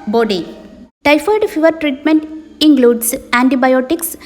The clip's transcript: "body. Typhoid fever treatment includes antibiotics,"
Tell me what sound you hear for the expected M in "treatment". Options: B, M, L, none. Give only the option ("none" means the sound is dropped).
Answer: M